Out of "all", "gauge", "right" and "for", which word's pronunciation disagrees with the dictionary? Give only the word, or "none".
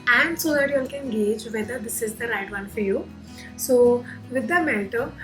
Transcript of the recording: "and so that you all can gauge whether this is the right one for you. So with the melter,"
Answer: none